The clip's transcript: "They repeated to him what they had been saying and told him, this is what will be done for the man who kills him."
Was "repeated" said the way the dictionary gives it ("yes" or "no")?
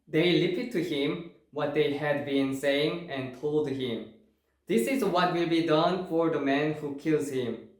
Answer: no